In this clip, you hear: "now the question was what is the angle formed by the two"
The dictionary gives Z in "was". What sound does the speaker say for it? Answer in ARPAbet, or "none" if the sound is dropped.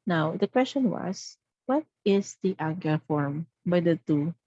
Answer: S